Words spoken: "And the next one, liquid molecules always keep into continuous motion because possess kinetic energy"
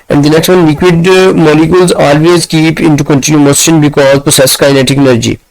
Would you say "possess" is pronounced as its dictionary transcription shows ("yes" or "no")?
no